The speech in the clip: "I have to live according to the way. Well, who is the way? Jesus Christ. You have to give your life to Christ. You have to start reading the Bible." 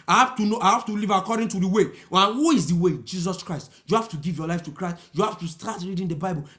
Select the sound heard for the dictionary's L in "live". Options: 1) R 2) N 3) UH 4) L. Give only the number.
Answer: 2